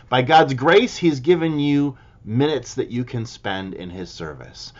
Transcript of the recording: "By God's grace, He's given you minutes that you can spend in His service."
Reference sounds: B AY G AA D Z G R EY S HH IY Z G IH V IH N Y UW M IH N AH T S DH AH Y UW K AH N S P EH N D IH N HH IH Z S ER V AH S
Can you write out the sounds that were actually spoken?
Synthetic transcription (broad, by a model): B AY G AA D Z G R EY S HH IY Z G IH V IH N Y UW M IH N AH T S DH AH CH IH K AH N S P EH N D IH N IH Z S ER V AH S